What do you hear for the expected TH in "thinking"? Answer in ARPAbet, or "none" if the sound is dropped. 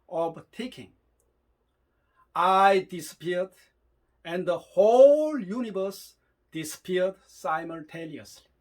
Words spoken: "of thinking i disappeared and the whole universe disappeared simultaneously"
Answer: T